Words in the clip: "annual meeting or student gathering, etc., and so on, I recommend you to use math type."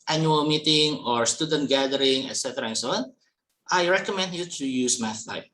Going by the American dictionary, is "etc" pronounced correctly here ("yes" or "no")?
yes